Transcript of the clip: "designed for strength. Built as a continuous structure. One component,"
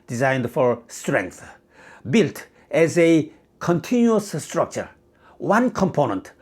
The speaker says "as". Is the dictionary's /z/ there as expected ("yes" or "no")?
yes